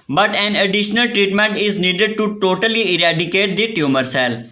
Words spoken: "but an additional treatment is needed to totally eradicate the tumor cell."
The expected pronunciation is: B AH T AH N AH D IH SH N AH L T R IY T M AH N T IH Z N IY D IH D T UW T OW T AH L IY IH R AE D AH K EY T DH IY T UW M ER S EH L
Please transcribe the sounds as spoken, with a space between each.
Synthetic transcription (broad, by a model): B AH T AH N AH D IH SH N AH L T R IY T M AH N T IH Z N IY D IH D T UW T OW T AH L IY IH R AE D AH K EY T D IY T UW M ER S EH L